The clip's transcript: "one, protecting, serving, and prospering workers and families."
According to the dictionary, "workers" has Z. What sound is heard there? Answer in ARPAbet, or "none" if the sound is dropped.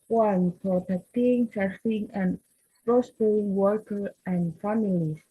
none